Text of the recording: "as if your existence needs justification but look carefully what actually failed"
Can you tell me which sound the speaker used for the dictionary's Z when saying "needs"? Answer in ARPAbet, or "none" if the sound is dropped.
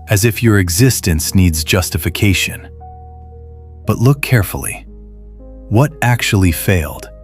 Z